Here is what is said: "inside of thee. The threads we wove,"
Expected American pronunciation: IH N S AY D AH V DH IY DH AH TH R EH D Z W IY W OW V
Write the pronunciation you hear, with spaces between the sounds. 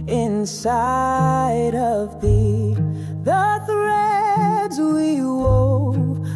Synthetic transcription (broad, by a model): IH N S AY D AH V DH IY DH AH TH R EH D Z W IY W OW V